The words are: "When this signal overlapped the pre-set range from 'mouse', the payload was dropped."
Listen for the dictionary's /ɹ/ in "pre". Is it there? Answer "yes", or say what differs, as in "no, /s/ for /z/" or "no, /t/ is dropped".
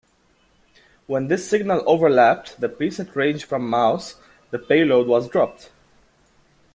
no, /ɹ/ is dropped